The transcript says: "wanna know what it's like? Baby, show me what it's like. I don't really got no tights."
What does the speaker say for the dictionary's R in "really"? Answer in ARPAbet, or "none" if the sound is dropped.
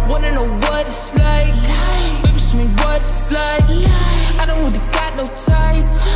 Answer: W